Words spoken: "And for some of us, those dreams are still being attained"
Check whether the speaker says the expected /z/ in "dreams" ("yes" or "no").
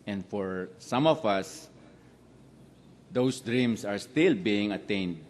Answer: no